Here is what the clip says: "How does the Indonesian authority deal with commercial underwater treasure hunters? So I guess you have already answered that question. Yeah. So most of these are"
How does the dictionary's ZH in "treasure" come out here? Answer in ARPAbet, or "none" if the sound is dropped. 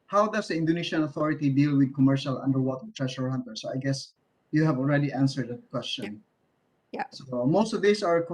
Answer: SH